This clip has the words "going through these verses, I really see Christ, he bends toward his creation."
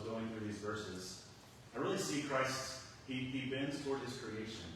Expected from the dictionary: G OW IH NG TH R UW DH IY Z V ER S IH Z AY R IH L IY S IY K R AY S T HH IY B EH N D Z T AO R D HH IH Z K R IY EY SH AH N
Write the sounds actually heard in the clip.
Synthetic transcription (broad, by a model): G OW IH NG TH R UW DH IY Z V ER S IH Z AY R IH L IY S IY K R AY S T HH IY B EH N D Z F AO R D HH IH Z K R IY EY SH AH N